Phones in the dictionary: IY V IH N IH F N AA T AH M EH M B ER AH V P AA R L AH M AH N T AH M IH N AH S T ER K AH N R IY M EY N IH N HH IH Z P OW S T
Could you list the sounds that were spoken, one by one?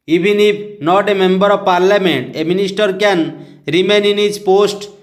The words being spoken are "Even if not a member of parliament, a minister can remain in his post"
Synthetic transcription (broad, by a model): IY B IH N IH P N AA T AH M EH M B ER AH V P AA R L AH M AH N T AH M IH N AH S T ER K AH N R IY M EY N IH N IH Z P OW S T